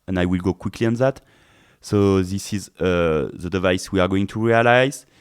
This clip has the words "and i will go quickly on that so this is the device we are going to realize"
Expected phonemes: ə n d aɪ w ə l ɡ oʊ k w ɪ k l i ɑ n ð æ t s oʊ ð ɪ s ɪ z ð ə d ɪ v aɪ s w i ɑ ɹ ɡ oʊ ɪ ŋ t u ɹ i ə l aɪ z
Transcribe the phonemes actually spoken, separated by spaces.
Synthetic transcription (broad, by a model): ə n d aɪ w ə l ɡ oʊ k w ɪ k l i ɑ n ð æ t s oʊ ð ɪ s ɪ z ð ə d ɪ v aɪ s w i ɑ ɹ ɡ oʊ ɪ ŋ t u ɹ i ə l aɪ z